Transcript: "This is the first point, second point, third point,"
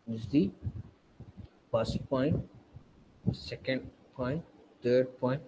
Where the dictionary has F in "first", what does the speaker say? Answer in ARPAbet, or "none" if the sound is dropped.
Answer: P